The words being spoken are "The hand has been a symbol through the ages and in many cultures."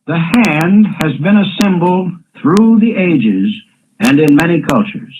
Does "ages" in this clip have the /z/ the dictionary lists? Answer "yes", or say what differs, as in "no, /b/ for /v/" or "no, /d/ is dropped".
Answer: yes